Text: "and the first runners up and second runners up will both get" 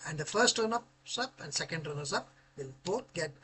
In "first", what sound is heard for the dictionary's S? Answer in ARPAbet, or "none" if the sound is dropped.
S